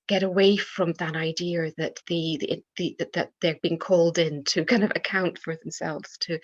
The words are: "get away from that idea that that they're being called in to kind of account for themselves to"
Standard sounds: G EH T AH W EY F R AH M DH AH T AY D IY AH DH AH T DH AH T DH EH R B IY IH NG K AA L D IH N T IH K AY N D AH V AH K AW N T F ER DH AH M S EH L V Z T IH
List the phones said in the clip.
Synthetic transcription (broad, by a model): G EH T AH W EY F R AH M DH AH T AY D IY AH DH AH T DH AH T DH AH R B IY IH NG K AA L D IH N T IH K AY N D AH V AH K AW N T F ER DH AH M S EH L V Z T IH